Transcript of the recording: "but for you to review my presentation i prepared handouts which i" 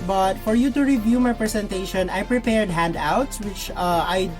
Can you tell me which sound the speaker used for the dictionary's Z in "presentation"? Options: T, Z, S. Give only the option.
S